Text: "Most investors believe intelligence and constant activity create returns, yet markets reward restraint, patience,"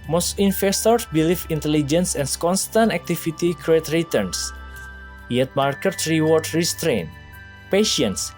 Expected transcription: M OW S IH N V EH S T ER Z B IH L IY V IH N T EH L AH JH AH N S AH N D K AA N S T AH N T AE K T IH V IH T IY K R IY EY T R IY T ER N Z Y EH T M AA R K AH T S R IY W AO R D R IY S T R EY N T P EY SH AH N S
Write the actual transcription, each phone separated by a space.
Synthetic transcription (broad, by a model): M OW S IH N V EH S T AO S B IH L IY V IH N T EH L AH JH AH N S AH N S K AA N S T AH N T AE K T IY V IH T IY K R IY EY T R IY T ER N S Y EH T M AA R K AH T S R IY W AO R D R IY S T R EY N P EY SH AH N S